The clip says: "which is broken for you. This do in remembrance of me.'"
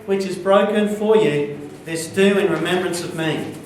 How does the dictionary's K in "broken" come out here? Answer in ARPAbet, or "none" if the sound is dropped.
K